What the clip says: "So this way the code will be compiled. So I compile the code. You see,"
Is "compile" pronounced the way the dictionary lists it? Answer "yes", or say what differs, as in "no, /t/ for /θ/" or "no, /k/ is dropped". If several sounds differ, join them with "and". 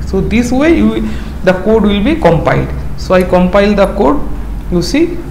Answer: yes